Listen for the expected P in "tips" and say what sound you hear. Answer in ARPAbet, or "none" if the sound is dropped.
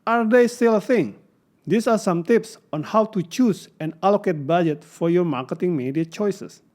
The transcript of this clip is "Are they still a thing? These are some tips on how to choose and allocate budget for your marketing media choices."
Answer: P